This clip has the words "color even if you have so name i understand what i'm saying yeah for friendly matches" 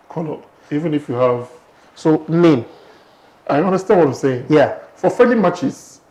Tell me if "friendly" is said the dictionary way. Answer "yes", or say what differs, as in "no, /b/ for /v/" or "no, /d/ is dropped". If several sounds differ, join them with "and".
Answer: no, /ɹ/ is dropped